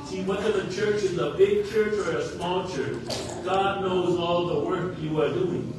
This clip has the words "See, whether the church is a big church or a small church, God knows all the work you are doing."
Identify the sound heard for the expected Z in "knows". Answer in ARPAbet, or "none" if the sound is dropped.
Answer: Z